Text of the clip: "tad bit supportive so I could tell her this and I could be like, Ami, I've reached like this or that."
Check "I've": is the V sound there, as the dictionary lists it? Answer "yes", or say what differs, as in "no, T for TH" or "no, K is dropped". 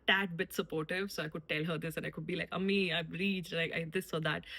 no, B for V